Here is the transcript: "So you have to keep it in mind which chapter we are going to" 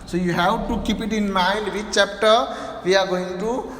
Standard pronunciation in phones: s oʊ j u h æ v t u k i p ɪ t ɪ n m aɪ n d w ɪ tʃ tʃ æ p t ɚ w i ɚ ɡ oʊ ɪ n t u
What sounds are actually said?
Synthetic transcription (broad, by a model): s oʊ j u h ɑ w t u k i p ɪ t ɪ n m aɪ n d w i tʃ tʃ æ p t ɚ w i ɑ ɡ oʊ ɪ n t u